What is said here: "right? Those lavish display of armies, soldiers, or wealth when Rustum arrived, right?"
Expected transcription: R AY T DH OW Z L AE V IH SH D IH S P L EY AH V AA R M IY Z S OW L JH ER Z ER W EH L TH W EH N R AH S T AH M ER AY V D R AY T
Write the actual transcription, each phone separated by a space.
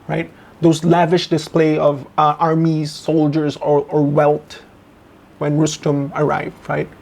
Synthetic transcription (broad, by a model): R AY T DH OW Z L AE V IH SH D IH S P L EY AH V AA R M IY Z S OW L JH ER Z ER W EH L T W EH N R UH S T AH M ER AY V D R AY T